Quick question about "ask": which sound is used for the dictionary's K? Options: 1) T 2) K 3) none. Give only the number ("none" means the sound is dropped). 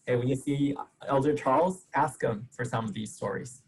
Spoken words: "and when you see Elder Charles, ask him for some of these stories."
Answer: 2